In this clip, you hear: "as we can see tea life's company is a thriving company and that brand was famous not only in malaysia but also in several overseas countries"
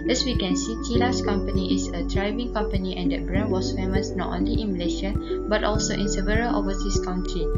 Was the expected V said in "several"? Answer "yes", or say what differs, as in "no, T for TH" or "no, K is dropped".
yes